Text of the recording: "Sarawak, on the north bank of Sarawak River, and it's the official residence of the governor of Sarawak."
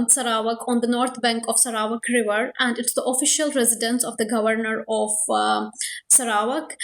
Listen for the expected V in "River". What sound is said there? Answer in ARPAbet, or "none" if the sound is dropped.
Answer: V